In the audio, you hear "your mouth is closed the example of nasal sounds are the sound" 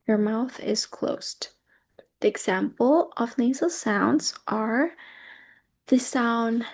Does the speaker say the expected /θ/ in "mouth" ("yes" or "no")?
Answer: yes